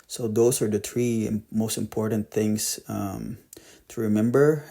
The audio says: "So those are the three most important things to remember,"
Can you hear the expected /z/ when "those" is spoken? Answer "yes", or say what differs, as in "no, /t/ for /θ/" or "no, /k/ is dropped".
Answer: no, /s/ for /z/